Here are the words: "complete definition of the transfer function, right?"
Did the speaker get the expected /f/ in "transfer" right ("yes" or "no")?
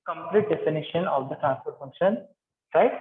no